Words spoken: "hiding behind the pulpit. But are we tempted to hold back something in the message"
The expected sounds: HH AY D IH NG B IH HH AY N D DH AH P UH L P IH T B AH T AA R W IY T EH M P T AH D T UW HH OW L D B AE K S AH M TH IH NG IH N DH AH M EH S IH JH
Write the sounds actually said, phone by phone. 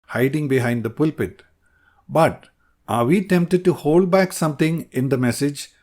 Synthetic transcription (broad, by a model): HH AY D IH NG B IH HH AY N D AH P UH L P IH T B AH T AA R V IY T EH M P T AH D T UW HH OW L D B AE K S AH M T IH NG IH N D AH M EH S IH JH